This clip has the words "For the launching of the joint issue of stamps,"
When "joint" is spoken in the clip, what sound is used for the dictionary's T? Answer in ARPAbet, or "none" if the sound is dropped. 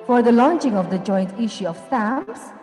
T